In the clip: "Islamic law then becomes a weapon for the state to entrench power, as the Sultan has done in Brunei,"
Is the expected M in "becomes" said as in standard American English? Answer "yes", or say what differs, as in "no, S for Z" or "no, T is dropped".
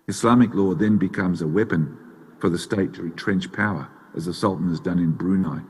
yes